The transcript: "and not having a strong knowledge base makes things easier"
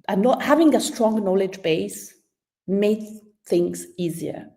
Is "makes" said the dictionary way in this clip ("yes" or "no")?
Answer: no